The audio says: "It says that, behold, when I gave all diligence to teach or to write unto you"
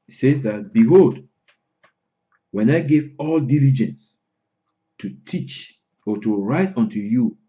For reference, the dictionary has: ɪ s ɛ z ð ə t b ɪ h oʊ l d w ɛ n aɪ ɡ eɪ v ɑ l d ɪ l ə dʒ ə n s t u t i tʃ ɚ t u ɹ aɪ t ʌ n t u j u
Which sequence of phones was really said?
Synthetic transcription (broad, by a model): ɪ s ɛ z ð ə t b ɪ h oʊ l d w ɛ n aɪ ɡ eɪ v ɑ l d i l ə dʒ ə n s t u t i tʃ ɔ t u ɹ aɪ t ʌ n t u j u